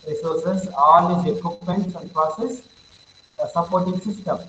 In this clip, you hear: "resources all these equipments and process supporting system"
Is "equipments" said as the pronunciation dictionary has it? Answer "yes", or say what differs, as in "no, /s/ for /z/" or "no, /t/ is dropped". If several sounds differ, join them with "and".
no, /m/ is dropped